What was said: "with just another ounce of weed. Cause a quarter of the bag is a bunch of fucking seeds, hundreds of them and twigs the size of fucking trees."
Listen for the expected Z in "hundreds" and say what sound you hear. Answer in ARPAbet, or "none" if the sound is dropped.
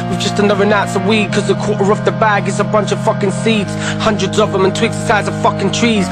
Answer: Z